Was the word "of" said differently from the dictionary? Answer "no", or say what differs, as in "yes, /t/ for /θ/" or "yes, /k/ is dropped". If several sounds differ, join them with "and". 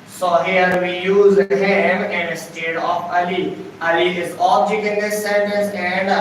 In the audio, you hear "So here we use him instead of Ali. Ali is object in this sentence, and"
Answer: yes, /f/ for /v/